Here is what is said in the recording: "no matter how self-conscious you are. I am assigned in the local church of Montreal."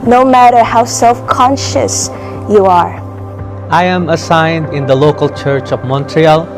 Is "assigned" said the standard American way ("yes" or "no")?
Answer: yes